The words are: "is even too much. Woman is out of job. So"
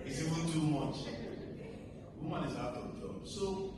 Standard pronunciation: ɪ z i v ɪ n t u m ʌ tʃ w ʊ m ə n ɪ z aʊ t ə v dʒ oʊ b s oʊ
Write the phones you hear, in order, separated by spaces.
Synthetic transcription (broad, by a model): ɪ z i w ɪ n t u m ʌ tʃ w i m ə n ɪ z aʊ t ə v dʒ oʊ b s oʊ